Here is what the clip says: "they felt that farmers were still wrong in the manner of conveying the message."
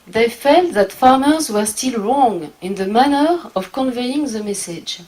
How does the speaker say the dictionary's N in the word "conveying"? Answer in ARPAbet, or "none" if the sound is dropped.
N